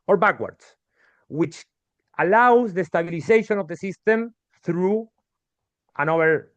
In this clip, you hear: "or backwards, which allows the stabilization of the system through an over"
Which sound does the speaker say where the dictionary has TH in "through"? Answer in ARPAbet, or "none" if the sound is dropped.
TH